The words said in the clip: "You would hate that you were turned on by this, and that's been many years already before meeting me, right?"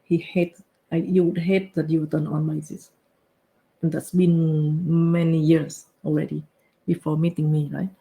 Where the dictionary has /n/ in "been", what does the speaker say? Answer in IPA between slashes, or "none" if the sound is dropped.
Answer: /n/